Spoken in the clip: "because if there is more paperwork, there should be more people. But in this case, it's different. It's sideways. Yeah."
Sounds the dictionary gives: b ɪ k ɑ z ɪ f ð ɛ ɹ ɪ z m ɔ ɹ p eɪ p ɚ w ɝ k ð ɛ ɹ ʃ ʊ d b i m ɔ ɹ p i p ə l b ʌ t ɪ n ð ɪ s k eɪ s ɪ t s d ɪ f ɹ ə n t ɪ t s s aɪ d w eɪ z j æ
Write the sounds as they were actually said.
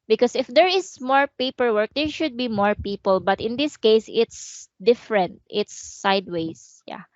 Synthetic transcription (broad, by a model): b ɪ k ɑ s ɪ f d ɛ ɹ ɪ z m ɔ ɹ p eɪ p ɚ w ɝ k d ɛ ɹ ʃ ʊ d b i m ɔ ɹ p i p ə l b ʌ t ɪ n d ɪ s k eɪ s ɪ t s d ɪ f ɹ ə n t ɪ t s s aɪ d w eɪ s j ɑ